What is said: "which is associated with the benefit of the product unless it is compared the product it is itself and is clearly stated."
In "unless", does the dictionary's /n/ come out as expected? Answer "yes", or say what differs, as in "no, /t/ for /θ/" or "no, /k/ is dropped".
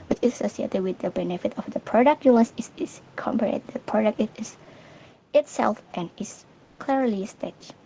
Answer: no, /n/ is dropped